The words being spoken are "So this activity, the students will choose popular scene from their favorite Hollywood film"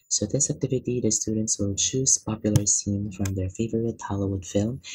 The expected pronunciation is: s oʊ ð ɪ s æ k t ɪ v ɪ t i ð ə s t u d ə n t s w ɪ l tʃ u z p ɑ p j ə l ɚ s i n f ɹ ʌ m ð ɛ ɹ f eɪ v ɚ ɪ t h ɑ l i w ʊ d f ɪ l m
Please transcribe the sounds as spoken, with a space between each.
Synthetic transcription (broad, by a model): s oʊ ð ɪ s æ k t ɪ v ɪ t i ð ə s t u d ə n t s w ɪ l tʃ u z p ɑ p j l ɚ s i n f ɹ ʌ m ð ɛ ɹ f eɪ v ɚ ɪ t h ɑ l i w ʊ d f ɪ l m